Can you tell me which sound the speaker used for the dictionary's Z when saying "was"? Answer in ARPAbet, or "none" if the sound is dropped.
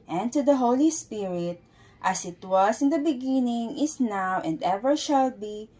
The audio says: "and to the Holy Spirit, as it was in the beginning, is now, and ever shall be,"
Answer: S